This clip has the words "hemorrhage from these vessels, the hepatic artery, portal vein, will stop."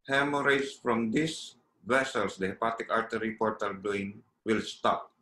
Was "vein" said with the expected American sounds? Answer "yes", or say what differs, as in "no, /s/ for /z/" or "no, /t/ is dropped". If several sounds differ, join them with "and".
no, /b/ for /v/